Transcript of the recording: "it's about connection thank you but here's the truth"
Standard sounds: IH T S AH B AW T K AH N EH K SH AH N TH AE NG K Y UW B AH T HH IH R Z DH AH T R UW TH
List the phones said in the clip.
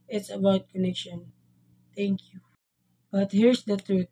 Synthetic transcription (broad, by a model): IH T S AH B AW T K AH N EH K SH AH N T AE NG K Y UW B AH T HH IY R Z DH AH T R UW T